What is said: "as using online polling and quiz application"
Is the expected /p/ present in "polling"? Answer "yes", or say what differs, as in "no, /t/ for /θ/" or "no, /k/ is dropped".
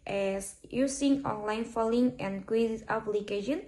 no, /f/ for /p/